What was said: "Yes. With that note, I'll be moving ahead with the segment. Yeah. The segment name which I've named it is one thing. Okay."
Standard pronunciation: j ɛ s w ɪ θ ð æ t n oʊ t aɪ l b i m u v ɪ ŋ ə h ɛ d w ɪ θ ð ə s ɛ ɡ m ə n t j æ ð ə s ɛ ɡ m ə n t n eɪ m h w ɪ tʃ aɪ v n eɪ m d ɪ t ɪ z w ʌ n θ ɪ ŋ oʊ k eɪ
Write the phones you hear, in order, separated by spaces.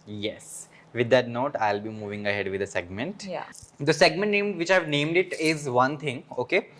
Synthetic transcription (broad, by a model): j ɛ s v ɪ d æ t n oʊ t aɪ l b i m u v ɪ ŋ ə h ɛ d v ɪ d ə s ɛ ɡ m ə n t j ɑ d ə s ɛ ɡ m ə n t n eɪ m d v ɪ tʃ aɪ v n eɪ m d ɪ t ɪ z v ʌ n t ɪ ŋ oʊ k eɪ